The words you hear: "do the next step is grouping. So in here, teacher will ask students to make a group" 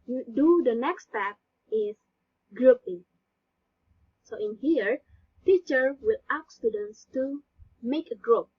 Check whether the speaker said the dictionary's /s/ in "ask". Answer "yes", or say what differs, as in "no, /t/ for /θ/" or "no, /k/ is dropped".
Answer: no, /s/ is dropped